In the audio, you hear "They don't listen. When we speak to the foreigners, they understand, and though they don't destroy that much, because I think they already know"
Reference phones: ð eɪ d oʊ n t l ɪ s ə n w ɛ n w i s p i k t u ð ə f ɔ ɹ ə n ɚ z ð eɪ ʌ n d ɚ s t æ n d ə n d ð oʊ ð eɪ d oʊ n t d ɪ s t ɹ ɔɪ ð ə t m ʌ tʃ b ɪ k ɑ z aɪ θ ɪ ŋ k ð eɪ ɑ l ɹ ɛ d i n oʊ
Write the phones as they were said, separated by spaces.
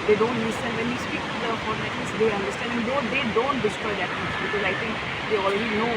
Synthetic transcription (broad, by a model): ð eɪ d oʊ n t n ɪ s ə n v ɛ n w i s p i k t u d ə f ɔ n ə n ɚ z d eɪ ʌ n d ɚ s t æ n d ə n d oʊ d eɪ d oʊ n t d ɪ s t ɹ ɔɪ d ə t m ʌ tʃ b ɪ k ɑ z aɪ t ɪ ŋ k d eɪ ɑ l ɹ ɛ d i n oʊ